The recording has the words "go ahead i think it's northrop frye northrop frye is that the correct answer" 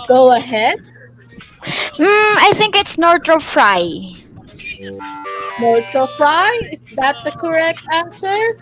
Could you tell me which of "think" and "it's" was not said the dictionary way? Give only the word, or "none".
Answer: none